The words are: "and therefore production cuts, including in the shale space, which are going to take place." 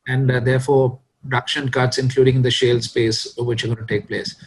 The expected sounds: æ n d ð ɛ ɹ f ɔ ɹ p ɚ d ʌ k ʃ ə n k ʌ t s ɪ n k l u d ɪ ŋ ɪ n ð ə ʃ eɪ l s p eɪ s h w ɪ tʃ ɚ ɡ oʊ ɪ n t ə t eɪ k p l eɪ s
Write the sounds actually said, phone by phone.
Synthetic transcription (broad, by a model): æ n d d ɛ ɹ f ɔ ɹ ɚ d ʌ k ʃ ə n k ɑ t s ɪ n k l u d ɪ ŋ ɪ n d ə ʃ eɪ l s p eɪ s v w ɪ tʃ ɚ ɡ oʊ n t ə t eɪ k p l eɪ s